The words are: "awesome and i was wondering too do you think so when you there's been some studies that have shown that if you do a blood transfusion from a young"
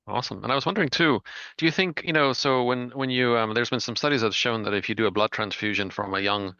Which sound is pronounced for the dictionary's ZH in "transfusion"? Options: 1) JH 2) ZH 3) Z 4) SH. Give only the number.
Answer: 2